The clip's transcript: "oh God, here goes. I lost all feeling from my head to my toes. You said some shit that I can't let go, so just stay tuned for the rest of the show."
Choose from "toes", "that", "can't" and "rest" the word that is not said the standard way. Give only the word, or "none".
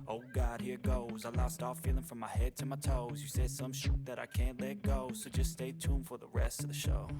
none